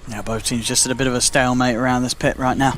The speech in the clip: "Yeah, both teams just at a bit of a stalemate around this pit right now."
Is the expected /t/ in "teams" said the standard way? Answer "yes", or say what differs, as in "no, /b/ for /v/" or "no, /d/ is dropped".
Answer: no, /s/ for /t/